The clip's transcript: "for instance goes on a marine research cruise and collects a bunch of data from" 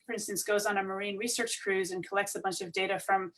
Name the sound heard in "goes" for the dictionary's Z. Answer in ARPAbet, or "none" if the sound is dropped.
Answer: Z